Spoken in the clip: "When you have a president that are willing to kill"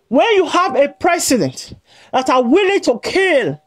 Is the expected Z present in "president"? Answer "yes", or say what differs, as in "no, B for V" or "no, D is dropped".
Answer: no, S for Z